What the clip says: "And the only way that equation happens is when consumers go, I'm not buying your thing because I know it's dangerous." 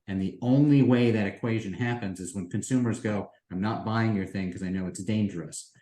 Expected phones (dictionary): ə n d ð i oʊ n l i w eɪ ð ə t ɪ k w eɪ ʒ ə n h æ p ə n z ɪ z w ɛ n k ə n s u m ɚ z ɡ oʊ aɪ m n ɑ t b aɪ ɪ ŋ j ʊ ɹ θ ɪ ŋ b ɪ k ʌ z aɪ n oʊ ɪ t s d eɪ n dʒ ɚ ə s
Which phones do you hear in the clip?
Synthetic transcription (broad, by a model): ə n ð i oʊ n l i w eɪ ð ə t ɪ k w eɪ ʒ ə n h æ p ə n z ɪ z w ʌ n k ə n s u m ɚ z ɡ oʊ aɪ m n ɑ t b aɪ ɪ ŋ j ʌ ɹ θ ɪ ŋ k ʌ z aɪ n oʊ ɪ t s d eɪ n dʒ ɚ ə s